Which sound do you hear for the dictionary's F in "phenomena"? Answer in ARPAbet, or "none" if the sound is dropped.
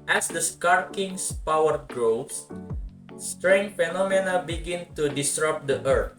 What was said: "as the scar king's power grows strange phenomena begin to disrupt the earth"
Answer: F